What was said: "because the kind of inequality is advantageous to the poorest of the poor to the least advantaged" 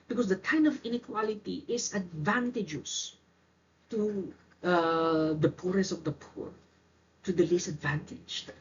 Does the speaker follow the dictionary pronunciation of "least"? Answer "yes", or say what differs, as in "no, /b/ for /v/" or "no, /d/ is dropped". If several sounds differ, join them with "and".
no, /t/ is dropped